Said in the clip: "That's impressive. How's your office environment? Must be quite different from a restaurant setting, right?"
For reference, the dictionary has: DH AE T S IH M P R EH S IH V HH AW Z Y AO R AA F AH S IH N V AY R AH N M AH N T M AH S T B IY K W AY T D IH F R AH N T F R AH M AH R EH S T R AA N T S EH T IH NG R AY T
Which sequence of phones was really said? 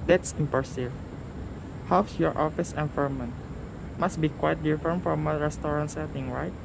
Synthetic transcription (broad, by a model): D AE T S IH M P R S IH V HH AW S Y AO R AA F AH S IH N F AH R M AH N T M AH S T B IY K W AY T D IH F R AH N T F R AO M AH R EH S T R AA N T S EH T IH NG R AY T